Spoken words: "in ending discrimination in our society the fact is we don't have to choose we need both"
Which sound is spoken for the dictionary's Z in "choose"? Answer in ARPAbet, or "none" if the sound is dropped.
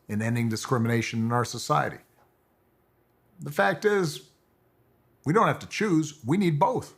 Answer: Z